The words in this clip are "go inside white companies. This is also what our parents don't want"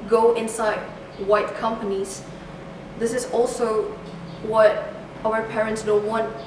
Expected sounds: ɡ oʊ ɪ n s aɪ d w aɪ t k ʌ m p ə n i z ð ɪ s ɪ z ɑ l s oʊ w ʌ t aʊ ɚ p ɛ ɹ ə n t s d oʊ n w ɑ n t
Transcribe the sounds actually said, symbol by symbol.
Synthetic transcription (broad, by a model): ɡ oʊ ɪ n s aɪ d w aɪ t k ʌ m p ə n i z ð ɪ s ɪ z ɑ l s oʊ w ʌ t aʊ ɚ p ɛ ɹ ə n t s d oʊ n w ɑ n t